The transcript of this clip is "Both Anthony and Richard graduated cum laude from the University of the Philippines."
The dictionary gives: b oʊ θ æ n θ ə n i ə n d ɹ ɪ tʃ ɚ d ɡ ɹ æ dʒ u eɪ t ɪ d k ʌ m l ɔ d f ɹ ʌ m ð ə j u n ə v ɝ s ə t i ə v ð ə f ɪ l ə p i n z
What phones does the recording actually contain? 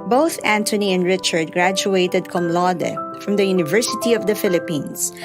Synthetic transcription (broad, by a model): b oʊ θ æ n t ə n i ə n d ɹ ɪ tʃ ɚ d ɡ ɹ æ dʒ u eɪ t ɪ d k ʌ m l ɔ d f ɹ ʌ m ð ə j u n ə v ɝ s ə t i ə v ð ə f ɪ l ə p i n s